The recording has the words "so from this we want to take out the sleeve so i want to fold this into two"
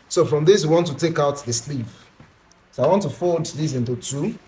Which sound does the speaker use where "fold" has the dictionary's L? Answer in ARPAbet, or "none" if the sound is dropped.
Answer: none